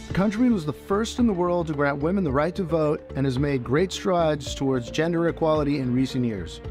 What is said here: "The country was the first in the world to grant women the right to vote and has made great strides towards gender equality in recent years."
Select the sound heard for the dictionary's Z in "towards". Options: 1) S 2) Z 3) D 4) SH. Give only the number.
2